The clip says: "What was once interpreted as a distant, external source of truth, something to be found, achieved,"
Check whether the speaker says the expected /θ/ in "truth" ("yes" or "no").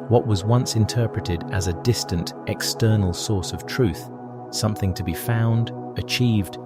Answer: yes